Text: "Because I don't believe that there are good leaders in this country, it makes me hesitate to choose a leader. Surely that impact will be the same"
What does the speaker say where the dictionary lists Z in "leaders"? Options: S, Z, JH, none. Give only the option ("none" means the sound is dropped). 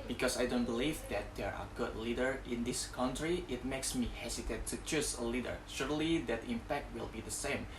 none